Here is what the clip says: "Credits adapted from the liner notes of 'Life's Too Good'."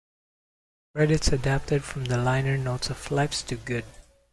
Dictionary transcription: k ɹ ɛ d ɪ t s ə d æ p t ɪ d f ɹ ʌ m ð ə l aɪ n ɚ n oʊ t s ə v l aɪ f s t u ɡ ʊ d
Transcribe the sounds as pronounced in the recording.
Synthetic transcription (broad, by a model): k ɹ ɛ d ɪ t s ə d æ p t ɪ d f ɹ ʌ m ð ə l aɪ n ɚ n oʊ t s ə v l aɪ p s t u ɡ ʊ d